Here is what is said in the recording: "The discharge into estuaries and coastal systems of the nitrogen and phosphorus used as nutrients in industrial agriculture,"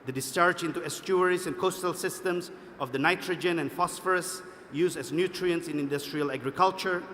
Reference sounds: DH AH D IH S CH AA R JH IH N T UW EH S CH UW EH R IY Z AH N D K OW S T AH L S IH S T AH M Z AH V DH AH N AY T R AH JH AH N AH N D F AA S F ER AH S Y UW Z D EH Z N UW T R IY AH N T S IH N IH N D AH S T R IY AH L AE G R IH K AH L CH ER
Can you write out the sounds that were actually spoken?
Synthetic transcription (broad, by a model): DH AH D IH S CH AA R JH IH N T UW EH S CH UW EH R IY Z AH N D K OW S T AH L S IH S T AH M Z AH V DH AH N AY T R AH JH AH N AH N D F AA S F ER AH S Y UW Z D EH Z N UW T R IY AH N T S IH N IH N D AH S T R IY AH L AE G R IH K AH L CH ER